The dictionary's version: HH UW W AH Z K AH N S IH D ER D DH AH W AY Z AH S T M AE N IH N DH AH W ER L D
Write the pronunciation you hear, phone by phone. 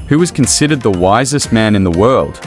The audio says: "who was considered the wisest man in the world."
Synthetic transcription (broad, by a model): HH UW W AH Z K AH N S IH D ER D DH AH W AY Z AH S T M AE N IH N DH AH W ER L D